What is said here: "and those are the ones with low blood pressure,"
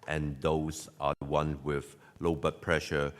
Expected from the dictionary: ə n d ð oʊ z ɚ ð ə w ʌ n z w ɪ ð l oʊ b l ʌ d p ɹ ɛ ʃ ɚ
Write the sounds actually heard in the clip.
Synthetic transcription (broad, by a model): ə n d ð oʊ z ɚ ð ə w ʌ n w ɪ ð l oʊ b ʌ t p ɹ ɛ ʃ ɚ